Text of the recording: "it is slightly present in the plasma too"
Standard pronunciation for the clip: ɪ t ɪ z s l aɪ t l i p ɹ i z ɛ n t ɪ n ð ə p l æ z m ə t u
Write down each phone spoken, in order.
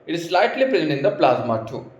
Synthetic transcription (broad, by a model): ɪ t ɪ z s l aɪ t l i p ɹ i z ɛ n ɪ n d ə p l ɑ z m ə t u